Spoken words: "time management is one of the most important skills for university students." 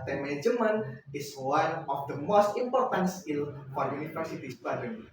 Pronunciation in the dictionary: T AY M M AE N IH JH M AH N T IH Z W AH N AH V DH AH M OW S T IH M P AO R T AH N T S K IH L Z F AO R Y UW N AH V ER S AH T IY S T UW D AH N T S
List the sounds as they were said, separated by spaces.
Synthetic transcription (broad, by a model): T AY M M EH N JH M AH N IH S W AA N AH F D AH M OW S T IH M P AO R T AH N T S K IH L F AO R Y UW N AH F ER S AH T IY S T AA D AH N